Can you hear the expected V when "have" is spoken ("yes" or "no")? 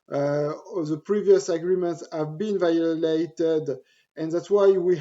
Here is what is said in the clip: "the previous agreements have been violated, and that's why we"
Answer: yes